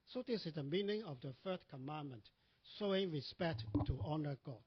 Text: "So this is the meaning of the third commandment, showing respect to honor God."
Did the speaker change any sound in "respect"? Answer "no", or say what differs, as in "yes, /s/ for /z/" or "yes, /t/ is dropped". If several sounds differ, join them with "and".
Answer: no